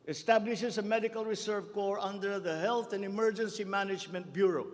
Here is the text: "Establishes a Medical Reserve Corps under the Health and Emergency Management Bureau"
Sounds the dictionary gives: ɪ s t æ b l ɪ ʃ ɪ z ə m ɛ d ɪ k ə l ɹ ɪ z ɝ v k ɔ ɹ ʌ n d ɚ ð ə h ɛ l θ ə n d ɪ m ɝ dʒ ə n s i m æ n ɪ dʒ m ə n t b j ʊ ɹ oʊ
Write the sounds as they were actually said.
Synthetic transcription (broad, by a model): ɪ s t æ b l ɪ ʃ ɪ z ə m ɛ d ɪ k ə l ɹ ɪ s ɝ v k ɔ ɹ ʌ n d ɚ ð ə h ɛ l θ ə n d ɪ m ɝ dʒ ə n s i m æ n ɪ dʒ m ə n t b j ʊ ɹ oʊ